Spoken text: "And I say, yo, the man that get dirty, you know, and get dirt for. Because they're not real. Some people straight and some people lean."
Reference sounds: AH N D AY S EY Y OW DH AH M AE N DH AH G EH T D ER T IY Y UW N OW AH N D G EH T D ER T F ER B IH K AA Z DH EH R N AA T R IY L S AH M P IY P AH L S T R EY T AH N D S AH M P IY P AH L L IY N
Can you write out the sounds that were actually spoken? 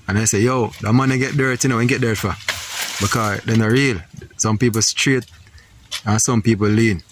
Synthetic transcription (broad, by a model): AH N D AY S EY Y OW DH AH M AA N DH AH G EH T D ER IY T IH N OW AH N G EH T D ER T F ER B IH K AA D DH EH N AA R IY L S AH M P IY P AH L S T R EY T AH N S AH M P IY P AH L L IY N